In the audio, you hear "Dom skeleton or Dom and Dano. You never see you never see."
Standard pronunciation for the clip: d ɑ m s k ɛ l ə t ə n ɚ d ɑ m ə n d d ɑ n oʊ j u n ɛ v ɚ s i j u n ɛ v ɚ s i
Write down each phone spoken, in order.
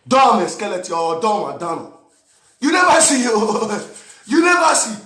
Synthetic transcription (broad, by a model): d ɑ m s k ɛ l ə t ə ɔ d ɑ m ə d d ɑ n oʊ j u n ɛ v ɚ s i j u n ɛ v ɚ s i